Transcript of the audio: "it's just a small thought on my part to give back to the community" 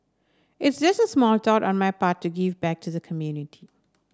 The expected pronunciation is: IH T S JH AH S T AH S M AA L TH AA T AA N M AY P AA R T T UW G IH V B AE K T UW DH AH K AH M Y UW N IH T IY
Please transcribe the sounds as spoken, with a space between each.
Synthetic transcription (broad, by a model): IH T S JH AH S T AH S M AA L T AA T AA N M AY P AA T T UW G IH V B AE K T UW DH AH K AH M Y UW N IH T IY